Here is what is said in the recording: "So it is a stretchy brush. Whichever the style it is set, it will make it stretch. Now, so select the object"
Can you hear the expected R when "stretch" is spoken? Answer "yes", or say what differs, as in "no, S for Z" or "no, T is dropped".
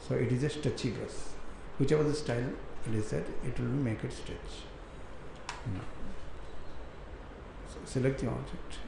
no, R is dropped